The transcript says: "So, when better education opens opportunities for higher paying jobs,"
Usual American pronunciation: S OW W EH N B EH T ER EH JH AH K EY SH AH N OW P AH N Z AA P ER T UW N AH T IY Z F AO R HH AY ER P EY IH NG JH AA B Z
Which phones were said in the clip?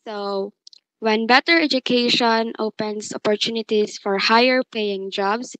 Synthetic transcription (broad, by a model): S OW W EH N B EH T ER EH JH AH K EY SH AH N OW P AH N S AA P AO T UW N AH T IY S F AO R HH AY ER P EY IH NG JH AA B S